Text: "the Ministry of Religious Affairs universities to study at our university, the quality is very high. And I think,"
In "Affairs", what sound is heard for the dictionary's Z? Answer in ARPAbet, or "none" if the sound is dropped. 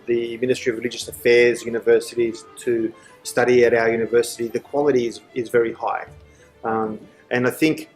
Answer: Z